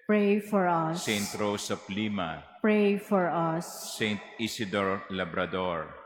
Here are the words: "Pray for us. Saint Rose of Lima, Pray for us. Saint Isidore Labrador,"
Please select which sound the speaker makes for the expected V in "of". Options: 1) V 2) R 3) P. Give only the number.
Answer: 3